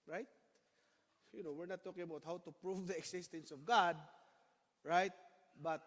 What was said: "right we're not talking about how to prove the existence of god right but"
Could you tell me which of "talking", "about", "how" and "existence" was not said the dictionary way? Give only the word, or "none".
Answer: existence